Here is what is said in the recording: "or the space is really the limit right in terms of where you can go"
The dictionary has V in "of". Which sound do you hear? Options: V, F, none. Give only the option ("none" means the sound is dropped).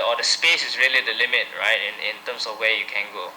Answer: F